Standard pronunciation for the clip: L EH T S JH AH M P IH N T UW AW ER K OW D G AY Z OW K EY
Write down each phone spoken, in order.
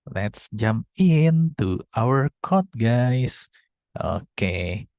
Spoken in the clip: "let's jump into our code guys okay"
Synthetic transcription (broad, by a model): L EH T S JH AH M P IH N T UW AW ER K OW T G AY S OW K EY